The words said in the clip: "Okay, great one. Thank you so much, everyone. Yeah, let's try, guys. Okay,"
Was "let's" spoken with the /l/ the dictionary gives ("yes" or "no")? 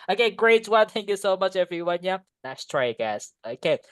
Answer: no